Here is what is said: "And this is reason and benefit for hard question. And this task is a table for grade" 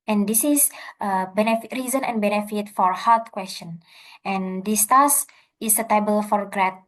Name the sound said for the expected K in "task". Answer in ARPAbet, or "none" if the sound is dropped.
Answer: none